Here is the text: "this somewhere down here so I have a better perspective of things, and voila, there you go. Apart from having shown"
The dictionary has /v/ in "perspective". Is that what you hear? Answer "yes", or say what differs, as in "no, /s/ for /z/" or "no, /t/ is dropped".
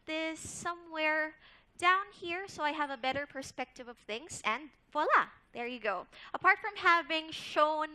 yes